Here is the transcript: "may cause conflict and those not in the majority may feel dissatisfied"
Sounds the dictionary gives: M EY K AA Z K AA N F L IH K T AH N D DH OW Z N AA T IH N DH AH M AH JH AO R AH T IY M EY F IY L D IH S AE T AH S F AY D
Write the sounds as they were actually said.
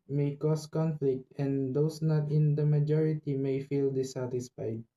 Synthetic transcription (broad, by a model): M EY K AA S K AA N F L IH K T AH N D OW S N AA T IH N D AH M AH JH AO R AH T IY M EY F IY L D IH S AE T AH S F AY D